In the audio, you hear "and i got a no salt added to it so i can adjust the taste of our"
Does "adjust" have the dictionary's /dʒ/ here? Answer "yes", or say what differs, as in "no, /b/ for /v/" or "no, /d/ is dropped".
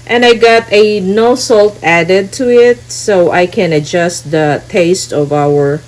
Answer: yes